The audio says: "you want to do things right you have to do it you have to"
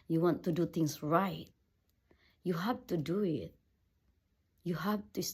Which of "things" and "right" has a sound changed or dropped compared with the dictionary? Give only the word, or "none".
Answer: things